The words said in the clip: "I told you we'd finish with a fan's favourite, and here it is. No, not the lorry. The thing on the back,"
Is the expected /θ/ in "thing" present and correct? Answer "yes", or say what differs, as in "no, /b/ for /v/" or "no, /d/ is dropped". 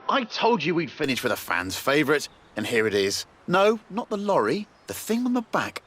yes